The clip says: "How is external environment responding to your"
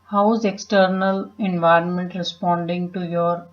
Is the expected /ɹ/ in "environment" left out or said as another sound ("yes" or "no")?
no